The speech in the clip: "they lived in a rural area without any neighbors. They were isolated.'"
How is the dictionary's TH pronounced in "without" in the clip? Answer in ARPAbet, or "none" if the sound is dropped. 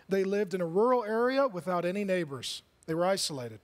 TH